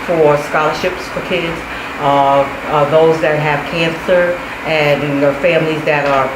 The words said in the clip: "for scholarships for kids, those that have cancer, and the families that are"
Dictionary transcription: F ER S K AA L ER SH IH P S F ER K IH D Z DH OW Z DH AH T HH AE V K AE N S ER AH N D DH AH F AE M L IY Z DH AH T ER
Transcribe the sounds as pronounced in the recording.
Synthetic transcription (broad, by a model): F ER S K AA L ER SH IH P S F ER K IH D Z DH OW Z DH AH T HH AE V K AE N S ER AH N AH F AE M L IY Z DH AH T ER